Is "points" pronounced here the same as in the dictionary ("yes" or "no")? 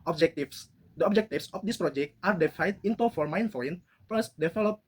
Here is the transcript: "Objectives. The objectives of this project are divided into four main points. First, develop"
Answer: no